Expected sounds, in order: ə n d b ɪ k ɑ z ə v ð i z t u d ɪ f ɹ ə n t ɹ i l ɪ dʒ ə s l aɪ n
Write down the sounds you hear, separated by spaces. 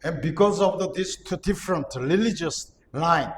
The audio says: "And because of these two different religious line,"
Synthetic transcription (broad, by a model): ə n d b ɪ k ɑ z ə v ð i s t u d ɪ f ɹ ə n t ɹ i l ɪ dʒ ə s l aɪ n